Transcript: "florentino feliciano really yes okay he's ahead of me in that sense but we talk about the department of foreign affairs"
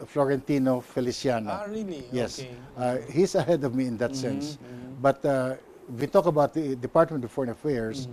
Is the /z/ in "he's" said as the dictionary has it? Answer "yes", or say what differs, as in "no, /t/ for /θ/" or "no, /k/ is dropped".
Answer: no, /s/ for /z/